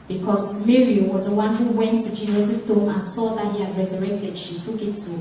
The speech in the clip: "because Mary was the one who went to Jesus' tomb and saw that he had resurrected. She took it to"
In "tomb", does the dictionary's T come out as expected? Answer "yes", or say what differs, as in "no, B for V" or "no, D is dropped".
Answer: no, S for T